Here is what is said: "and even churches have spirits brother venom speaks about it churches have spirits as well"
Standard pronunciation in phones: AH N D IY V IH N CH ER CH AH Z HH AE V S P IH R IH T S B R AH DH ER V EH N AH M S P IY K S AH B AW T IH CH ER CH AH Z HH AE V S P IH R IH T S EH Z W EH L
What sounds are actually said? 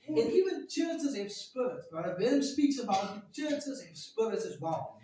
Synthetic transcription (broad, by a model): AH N IY V IH N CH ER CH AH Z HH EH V S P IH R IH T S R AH IH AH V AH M S P IY K S AH B AW T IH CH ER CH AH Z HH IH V S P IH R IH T EH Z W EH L